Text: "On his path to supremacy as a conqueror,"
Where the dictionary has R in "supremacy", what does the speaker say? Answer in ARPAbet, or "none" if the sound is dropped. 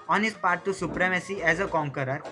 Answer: R